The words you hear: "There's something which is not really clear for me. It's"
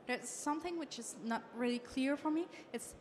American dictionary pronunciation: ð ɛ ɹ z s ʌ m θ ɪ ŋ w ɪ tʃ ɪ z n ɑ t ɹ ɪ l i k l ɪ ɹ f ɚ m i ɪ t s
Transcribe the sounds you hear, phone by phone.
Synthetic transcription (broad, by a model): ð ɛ ɹ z s ʌ m θ ɪ ŋ w ɪ tʃ ɪ z n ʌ t ɹ ɪ l i k l ɪ ɹ f ɚ m i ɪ t s